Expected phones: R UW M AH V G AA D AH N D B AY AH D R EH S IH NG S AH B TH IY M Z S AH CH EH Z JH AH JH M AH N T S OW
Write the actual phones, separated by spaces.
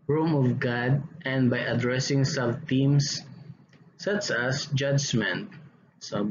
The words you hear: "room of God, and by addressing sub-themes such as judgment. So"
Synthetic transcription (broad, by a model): R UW M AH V G AA D AH N D B AY AH D R EH S IH NG S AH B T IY M S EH S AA S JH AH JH M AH N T S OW